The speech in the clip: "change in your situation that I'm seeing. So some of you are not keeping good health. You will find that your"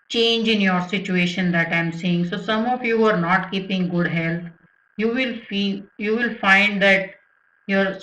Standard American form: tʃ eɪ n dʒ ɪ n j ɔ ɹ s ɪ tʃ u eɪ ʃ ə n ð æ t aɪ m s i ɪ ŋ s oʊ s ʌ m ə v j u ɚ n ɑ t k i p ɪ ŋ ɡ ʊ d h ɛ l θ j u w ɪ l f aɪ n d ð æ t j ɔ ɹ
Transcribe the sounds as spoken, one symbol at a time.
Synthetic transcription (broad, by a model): tʃ eɪ n dʒ ɪ n j ɔ ɹ s ɪ tʃ u eɪ ʃ ə n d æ t aɪ m s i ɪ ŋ s oʊ s ʌ m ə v j u ɚ n ɑ t k i p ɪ ŋ ɡ ʊ d h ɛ l f j u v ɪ l f aɪ n d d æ t j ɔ ɹ